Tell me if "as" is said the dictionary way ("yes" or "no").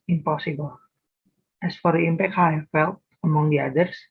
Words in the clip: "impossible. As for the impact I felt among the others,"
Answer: no